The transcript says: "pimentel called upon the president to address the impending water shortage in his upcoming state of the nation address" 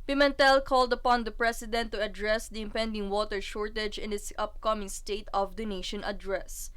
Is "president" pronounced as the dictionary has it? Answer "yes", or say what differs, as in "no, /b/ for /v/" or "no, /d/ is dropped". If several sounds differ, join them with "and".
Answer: no, /s/ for /z/